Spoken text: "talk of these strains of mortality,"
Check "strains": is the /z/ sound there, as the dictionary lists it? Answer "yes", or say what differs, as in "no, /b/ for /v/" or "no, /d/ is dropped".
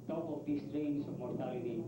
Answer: no, /s/ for /z/